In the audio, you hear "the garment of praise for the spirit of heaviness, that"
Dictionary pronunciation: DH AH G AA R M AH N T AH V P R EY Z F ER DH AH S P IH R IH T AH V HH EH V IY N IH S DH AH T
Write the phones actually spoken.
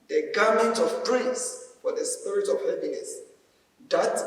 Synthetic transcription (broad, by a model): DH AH G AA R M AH N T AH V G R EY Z F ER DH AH S P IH R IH T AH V HH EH P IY N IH S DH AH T